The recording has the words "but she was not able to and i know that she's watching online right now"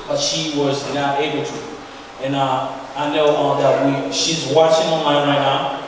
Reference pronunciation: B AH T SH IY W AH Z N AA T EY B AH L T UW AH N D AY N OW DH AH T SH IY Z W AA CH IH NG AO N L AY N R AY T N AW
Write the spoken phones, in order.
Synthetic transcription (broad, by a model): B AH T SH IY W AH Z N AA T EY B AH L T UW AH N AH AY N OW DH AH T SH IY Z W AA CH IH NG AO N AY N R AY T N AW